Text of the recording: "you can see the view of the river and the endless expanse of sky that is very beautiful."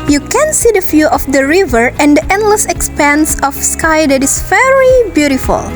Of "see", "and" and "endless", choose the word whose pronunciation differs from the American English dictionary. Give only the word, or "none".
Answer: none